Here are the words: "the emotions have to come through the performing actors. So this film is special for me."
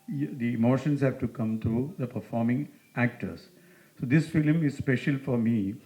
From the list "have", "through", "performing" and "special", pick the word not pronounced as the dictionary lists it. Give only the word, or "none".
through